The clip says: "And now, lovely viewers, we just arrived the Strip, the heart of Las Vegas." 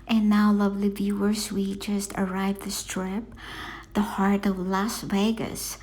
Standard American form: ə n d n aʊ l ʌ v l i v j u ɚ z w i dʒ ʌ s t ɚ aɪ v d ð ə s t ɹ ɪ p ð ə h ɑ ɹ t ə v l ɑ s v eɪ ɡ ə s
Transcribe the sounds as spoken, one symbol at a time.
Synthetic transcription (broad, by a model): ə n n aʊ l ʌ v l i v j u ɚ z w i dʒ ʌ s t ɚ aɪ v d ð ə s t ɹ ɪ p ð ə h ɑ ɹ t ə v l ɑ s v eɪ ɡ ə s